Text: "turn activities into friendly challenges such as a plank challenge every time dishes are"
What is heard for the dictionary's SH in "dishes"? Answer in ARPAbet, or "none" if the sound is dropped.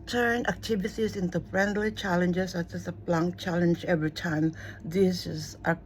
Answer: S